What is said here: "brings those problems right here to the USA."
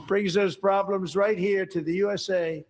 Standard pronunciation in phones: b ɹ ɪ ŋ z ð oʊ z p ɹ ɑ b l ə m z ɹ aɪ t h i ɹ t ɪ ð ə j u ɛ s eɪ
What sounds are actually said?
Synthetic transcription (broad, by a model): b ɹ ɪ ŋ z ð oʊ z p ɹ ɑ b l ə m z ɹ aɪ t h i ɹ t ɪ ð ə j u ɛ s eɪ